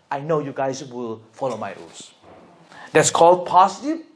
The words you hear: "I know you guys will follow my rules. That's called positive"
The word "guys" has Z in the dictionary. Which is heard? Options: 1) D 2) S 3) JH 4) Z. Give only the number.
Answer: 2